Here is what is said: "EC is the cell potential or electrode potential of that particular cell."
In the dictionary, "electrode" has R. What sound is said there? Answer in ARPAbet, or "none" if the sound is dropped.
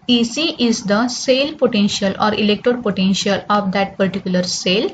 none